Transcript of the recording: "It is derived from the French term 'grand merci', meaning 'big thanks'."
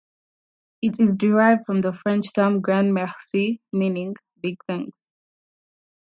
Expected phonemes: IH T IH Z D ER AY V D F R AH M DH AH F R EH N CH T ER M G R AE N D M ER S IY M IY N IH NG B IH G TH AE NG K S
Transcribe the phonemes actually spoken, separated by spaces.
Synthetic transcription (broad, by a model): IH T IH Z D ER AY V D F R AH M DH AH F R EH N CH T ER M G R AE N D M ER S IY M IY N IH NG B IH G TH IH NG S